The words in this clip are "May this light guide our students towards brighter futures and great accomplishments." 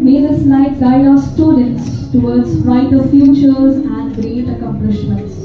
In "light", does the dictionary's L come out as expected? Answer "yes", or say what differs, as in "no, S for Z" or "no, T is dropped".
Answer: no, N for L